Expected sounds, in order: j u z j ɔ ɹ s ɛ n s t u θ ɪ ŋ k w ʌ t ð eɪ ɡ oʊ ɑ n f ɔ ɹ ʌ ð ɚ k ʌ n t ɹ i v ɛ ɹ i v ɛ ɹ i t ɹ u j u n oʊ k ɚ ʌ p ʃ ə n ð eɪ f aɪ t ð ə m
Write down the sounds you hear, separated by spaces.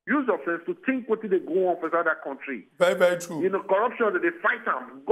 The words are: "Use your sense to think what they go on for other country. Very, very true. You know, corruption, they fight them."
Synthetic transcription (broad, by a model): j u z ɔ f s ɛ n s t u t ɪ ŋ k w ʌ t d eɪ ɡ oʊ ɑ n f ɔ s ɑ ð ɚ k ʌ n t ɹ i v ɛ ɹ i v ɛ ɹ i t ɹ u j u n oʊ k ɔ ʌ p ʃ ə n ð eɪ f aɪ t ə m